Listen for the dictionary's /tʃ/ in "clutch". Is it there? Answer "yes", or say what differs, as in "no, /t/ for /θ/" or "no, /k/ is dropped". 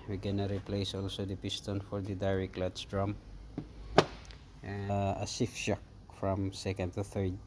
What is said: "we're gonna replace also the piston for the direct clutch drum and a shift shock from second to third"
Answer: no, /s/ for /tʃ/